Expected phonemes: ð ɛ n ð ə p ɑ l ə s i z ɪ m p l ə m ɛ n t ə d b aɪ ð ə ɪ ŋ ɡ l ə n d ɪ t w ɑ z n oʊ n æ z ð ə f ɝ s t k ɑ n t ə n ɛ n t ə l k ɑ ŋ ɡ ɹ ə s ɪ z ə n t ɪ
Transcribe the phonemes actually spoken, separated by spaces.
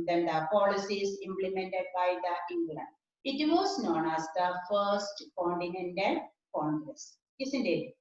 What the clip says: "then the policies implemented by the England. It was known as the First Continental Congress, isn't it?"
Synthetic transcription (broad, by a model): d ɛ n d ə p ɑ l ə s i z ɪ m p l ə m ɛ n t ə d b aɪ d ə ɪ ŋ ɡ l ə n ɪ t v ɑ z n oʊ n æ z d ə f ɝ s t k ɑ n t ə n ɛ n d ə n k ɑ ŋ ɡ ɹ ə s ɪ s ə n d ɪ